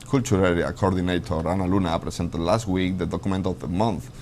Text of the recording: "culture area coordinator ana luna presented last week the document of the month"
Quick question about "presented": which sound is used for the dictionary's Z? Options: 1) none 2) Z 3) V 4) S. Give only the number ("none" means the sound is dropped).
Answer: 4